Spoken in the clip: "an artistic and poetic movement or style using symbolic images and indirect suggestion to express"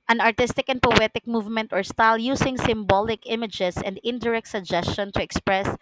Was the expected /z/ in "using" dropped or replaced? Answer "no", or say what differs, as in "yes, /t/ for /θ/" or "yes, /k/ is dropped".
yes, /s/ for /z/